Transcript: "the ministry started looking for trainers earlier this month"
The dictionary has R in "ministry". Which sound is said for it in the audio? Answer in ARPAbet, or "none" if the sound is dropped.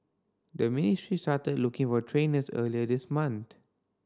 R